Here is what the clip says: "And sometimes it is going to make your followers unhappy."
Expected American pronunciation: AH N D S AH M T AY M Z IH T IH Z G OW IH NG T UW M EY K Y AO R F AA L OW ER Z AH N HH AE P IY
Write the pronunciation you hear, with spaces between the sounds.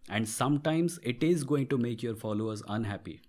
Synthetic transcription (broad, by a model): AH N D S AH M T AY M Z IH T IH Z G OW IH NG T UW M EY K Y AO R F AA L OW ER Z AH N HH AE P IY